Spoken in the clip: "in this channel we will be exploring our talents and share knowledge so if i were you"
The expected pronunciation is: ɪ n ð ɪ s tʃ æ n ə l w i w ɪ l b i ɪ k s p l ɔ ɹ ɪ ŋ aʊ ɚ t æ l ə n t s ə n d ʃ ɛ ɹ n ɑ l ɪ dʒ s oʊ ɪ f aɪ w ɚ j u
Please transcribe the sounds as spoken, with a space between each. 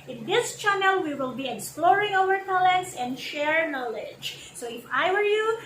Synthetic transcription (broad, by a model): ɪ n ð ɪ s tʃ æ n ə l w i w ɪ l b i ɪ k s p l ɔ ɹ ɪ ŋ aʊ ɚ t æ l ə n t s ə n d ʃ ɛ ɹ n ɑ l ɪ dʒ s oʊ ɪ f aɪ w ɚ j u